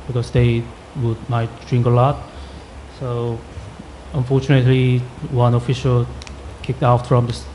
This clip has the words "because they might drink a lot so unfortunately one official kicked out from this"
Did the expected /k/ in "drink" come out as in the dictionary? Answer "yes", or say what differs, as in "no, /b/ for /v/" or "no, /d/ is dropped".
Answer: yes